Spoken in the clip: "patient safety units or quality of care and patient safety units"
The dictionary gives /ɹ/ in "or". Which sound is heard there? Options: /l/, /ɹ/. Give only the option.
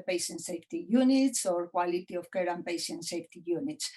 /ɹ/